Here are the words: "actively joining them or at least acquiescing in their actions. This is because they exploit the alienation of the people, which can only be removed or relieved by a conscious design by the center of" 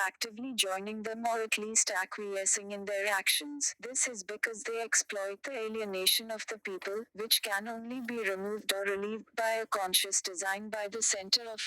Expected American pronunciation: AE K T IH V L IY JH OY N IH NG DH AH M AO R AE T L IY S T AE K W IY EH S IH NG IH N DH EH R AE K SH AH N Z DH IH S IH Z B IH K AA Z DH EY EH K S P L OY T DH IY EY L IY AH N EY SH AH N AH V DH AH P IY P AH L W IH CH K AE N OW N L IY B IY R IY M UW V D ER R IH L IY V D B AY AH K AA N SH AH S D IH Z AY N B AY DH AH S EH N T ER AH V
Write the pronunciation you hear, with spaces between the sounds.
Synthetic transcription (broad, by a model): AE K T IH V L IY JH OY N IH NG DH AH M AO R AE T L IY S T AE K W IY EH S IH NG IH N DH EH R AE K SH AH N Z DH IH S IH Z B IH K AA Z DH EY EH K S P L OY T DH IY EY L IY AH N EY SH AH N AH V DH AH P IY P AH L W IH CH K AE N OW N L IY B IY R IY M UW V D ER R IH L IY V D B AY AH K AA N SH AH S D IH Z AY N B AY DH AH S EH N T ER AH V